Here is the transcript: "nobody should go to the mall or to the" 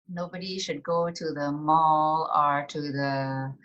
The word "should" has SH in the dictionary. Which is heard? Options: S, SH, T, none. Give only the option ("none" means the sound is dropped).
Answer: SH